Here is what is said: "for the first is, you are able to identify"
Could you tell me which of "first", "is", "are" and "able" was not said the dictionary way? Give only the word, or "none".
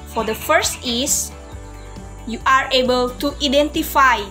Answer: is